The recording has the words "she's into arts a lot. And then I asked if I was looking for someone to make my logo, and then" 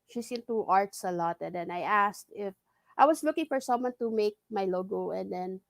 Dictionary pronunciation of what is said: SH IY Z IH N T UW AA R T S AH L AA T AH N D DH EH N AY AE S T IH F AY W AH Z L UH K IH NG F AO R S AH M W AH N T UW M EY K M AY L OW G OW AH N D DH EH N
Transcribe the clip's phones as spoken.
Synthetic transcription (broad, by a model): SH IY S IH N T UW AA R T S AH L AA T AH N D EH N AY AE S T IH F AY W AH S L UH K IH NG F AO R S AH M W AH N T UW M EY K M AY L OW G OW AH N D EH N